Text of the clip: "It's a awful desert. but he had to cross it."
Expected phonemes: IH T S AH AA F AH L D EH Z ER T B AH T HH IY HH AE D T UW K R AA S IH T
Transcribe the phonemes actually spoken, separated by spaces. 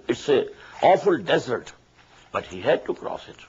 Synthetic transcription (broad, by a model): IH T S AH AA F AH L D EH Z ER T B AH T HH IY HH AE D T UW K R AA S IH T